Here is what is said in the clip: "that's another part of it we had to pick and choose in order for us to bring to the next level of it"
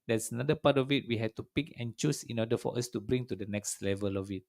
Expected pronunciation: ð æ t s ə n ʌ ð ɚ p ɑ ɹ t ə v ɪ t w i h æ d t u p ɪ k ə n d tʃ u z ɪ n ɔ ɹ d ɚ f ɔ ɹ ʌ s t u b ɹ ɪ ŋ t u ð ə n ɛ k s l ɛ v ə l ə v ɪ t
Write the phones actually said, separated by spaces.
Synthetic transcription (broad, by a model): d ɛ t s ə n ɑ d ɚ p ɑ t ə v ɪ t w i h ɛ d t u p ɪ k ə n tʃ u s ɪ n ɔ d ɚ f ɔ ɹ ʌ s t u b ɹ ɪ ŋ t u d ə n ɛ k s l ɛ v ə l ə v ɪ t